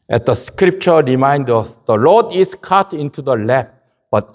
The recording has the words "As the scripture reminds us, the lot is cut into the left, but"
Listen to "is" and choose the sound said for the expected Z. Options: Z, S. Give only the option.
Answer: S